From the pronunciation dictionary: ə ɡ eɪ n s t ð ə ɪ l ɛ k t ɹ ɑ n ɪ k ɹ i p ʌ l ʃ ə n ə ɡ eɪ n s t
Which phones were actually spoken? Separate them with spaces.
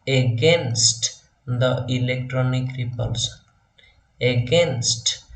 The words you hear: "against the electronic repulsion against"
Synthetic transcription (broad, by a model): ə ɡ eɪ n s t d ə ɪ l ɛ k t ɹ ɑ n ɪ k ɹ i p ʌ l s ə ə ɡ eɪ n s t